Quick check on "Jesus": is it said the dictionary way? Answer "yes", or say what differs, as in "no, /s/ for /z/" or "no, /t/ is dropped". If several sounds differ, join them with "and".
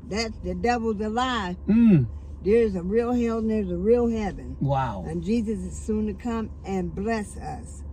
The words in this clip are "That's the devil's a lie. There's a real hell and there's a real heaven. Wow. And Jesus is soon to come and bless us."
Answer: yes